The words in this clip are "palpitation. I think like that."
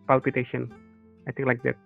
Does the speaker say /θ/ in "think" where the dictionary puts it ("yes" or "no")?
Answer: no